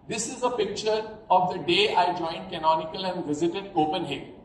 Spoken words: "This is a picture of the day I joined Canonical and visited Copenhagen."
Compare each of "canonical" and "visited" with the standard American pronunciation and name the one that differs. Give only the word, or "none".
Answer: none